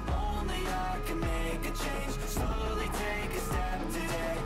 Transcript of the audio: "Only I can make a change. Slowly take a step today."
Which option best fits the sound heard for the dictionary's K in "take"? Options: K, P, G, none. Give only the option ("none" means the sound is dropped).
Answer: K